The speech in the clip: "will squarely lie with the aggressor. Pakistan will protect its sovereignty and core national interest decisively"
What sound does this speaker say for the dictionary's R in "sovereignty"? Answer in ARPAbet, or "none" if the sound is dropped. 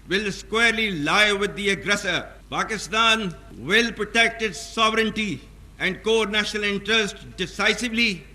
R